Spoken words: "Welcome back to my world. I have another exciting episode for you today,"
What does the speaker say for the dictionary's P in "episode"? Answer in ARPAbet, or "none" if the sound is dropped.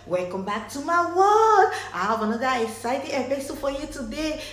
B